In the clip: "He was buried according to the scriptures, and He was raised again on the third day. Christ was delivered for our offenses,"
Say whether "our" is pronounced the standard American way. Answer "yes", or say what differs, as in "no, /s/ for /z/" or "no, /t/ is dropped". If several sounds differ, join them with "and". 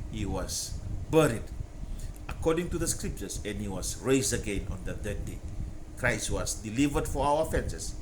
no, /w/ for /ɹ/